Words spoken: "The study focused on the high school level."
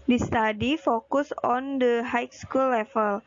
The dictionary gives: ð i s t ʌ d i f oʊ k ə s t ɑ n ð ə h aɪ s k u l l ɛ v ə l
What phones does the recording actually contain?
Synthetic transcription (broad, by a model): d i s t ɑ d i f oʊ k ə s ɑ n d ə h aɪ s k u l l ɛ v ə l